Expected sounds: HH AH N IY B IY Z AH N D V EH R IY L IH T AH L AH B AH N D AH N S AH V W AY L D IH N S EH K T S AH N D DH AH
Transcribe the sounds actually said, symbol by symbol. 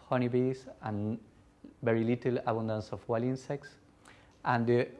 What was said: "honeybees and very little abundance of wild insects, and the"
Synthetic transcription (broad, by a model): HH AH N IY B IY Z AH N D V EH R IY L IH T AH L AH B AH N D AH N S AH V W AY L IH N S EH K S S AH N D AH